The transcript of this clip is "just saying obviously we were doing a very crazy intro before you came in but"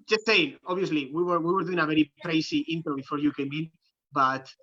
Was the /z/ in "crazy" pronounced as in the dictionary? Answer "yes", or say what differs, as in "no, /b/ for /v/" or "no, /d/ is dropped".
no, /s/ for /z/